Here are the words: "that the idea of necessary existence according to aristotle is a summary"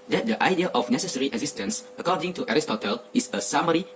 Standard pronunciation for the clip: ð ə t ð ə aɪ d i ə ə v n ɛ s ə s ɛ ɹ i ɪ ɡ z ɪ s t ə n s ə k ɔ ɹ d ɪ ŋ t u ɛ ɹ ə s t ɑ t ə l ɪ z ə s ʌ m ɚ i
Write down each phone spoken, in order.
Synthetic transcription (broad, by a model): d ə t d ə aɪ d i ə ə f n ɛ s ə s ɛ ɹ i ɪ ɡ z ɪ s t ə n s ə k ɔ d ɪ ŋ t u ɛ ɹ ə s t ɑ t ə l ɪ s ə s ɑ m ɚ i